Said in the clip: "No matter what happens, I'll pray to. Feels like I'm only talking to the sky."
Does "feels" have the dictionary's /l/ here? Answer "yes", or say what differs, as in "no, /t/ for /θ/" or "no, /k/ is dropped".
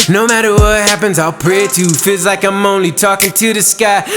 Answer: yes